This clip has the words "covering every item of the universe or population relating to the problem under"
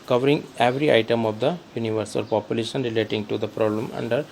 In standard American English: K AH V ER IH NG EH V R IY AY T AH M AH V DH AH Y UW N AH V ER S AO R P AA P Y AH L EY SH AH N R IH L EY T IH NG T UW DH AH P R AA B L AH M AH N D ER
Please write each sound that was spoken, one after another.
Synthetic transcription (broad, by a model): K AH V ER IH NG EH V R IY AY T AH M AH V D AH Y UW N AH V ER S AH L P AA P Y AH L EY SH AH N R IH L EY T IH NG T UW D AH P R AA B L AH M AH N D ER